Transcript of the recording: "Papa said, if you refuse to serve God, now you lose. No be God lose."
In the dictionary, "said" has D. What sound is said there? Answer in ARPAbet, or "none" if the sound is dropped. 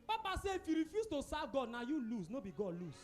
none